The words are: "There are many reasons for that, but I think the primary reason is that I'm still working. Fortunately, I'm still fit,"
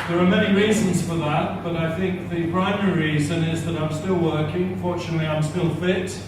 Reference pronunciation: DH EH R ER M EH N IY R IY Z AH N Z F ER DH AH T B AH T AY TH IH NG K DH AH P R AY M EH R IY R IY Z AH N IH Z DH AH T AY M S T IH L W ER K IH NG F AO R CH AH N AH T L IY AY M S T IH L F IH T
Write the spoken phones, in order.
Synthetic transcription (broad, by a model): DH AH R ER M EH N IY R IY Z AH N Z F ER DH AH T B AH T AY TH IH NG K DH AH P R AY M EH R IY R IY Z AH N IH Z DH AH T AY M S T IH L W ER K IH NG F AO R CH AH N AH T L IY AY M S T IH L F IH T